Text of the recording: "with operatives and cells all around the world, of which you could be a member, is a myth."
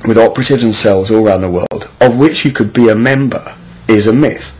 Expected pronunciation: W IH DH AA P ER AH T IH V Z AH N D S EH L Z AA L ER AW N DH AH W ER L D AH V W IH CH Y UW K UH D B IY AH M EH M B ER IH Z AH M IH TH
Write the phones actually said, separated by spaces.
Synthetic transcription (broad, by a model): W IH DH AA P ER AH T IH V Z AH N S EH L Z AA L ER AW N DH AH W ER L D AH V W IH CH Y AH K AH D B IY AH M EH M B ER IH Z AH M IH TH